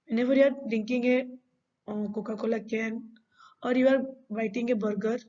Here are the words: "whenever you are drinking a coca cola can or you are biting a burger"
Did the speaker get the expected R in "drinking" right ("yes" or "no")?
no